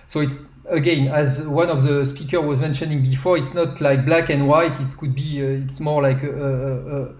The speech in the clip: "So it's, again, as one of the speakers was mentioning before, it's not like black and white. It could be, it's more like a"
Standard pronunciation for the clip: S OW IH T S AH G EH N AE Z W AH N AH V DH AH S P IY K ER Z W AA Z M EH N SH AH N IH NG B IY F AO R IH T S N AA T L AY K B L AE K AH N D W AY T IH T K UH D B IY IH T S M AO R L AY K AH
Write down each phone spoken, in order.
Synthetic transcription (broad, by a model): S OW IH T S AH G EH N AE Z W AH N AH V DH AH S P IY K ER W AA Z M EH N SH AH N IH NG B IY F AO R IH T S N AA T L AY K B L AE K AH N D W AY T IH T K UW D B IY IH T S M AO R L AY K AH